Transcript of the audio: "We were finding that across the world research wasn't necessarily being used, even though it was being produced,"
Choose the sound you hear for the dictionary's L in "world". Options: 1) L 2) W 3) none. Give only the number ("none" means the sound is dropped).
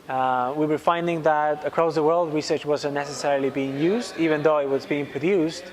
1